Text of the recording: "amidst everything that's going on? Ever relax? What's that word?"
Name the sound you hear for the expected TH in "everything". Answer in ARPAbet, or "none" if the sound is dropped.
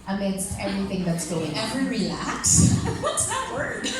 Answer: TH